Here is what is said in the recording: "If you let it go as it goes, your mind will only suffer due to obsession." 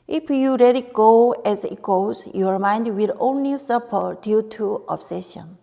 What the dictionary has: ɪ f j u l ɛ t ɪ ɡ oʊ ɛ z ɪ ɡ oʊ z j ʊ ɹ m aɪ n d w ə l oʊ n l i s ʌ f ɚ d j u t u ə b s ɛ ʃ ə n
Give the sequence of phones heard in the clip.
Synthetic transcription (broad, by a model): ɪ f j u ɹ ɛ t ɪ ɡ oʊ ɛ z ɪ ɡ oʊ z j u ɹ m aɪ n d w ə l oʊ n l i s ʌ p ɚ d j u t u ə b s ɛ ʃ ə n